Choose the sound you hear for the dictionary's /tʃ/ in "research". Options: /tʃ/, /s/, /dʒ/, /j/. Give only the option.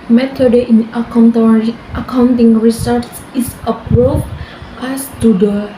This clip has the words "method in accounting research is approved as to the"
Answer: /s/